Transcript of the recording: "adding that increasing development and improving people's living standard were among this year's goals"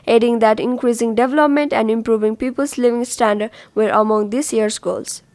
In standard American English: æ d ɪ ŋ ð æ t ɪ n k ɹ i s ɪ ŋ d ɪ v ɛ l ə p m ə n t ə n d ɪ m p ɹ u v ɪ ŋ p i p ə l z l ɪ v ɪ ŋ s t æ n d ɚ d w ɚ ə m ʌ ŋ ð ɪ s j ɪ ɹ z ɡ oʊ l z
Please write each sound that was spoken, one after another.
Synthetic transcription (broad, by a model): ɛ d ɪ ŋ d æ t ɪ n k ɹ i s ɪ ŋ d ɪ v ɛ l ə p m ə n t ə n d ɪ m p ɹ u v ɪ ŋ p i p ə l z l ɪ v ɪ ŋ s t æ n d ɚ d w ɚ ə m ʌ ŋ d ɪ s j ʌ ɹ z ɡ oʊ l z